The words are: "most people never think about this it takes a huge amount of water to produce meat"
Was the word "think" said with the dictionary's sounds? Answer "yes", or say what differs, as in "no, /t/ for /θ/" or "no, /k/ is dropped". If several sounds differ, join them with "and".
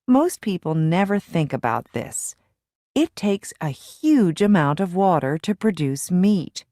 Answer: yes